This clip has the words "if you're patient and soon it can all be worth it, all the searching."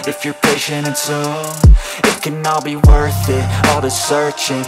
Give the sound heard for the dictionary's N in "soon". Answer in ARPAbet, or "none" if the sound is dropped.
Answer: none